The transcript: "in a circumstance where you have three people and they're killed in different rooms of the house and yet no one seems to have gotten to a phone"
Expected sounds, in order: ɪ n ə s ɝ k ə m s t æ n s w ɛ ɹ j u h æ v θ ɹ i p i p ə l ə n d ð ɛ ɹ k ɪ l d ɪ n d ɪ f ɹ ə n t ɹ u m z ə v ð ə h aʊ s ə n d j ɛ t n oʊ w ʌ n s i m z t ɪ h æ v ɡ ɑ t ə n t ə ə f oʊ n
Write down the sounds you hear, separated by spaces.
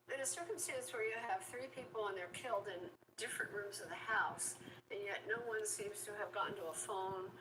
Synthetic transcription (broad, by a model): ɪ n ə s ɝ k ə m s t æ n s w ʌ ɹ j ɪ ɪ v θ ɹ i p i p l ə n ð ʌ ɹ k ɪ l d ɪ n d ɪ f ɹ ə n t ɹ u m z ə v ð ə h aʊ s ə n j ɛ t n oʊ w ʌ n s i m z t ɪ v ɡ ɑ n t ə ə f oʊ n